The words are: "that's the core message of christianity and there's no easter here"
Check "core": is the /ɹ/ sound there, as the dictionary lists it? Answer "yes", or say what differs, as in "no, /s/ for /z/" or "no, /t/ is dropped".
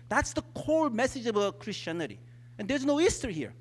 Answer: no, /l/ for /ɹ/